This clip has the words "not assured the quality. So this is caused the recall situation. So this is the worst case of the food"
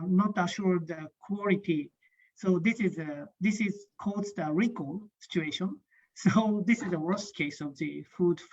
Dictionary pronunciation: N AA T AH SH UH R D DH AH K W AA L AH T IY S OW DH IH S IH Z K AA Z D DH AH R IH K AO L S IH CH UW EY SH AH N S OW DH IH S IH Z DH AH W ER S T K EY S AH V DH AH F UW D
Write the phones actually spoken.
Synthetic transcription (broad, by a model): N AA T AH SH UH R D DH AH K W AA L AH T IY S OW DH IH S IH Z K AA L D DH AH R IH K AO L S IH CH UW EY SH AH N S OW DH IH S IH Z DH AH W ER S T K EY S AH V DH AH F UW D